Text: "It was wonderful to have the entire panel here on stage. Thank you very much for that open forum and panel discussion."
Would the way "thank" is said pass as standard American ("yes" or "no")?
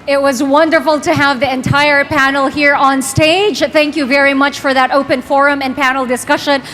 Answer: yes